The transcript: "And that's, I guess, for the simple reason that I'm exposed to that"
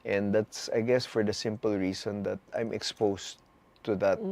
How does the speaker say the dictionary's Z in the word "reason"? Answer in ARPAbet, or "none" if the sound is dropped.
S